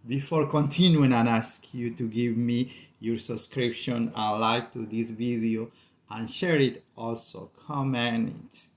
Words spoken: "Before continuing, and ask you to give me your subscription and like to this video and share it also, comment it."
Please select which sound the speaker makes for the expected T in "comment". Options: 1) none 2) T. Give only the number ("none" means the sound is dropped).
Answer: 1